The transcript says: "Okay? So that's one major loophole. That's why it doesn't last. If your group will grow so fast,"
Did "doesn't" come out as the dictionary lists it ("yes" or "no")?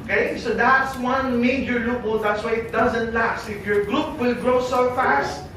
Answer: yes